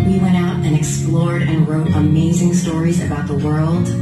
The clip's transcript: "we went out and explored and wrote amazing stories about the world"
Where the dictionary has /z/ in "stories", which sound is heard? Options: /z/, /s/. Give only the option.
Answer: /z/